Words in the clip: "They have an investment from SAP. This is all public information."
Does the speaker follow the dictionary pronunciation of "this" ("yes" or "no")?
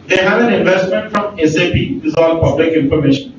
no